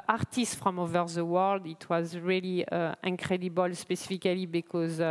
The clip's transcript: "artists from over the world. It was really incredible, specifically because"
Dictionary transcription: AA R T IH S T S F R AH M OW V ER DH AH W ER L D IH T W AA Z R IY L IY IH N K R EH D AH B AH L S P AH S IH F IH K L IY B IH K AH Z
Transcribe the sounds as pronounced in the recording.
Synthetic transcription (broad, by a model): AA R T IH S T F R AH M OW V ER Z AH W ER L D IH T W AA Z R IY L IY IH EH K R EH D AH B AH L S P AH S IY F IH K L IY B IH K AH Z